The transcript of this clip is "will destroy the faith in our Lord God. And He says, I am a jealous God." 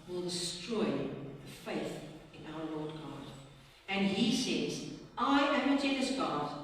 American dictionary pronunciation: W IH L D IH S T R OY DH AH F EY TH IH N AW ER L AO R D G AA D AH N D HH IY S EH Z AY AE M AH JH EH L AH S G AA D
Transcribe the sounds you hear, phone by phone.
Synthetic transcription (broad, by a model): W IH L D IH S T R OY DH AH F EY TH IH N AW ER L AO D G AA D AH N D HH IY S EH Z AY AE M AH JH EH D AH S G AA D